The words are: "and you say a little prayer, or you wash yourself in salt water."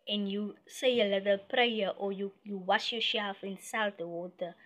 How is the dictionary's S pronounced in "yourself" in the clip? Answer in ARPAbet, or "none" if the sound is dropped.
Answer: SH